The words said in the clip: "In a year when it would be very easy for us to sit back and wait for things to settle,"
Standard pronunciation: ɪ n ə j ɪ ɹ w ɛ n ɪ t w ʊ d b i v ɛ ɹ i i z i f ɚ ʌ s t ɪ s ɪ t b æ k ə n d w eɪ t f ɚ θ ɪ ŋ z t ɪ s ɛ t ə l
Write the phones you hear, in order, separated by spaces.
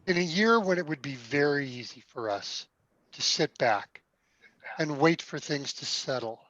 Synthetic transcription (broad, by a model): ɪ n ə j ɪ ɹ w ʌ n ɪ t w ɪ d b i v ɛ ɹ i i z i f ɚ ʌ s t ɪ s ɪ t b æ k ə n w eɪ t f ɚ θ ɪ ŋ z t ɪ s ɛ t l